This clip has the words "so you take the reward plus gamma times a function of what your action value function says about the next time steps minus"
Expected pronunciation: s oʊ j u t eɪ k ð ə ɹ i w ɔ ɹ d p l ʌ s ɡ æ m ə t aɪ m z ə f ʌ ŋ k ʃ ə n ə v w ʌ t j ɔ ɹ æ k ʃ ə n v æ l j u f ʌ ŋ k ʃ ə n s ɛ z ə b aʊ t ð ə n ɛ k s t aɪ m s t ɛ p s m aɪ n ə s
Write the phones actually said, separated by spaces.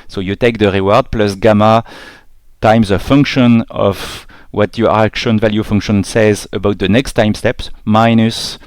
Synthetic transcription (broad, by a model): s oʊ j u t eɪ k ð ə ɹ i w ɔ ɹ d p l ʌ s ɡ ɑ m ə t aɪ m z ə f ʌ ŋ k ʃ ə n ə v w ʌ t j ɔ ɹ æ k ʃ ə n v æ l j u f ʌ ŋ k ʃ ə n s ɛ z ə b aʊ t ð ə n ɛ k s t aɪ m s t ɛ p s m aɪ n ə s